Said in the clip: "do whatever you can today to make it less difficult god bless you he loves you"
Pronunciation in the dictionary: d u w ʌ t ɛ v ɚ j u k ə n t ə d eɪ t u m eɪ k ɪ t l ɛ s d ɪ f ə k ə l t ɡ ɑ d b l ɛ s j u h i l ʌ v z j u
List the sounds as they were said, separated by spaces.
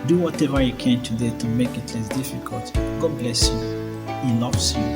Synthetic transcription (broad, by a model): d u w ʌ t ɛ v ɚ j u k ə n t ə d eɪ t u m eɪ k ɪ t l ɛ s d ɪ f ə k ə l t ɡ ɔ b l ɛ s j u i n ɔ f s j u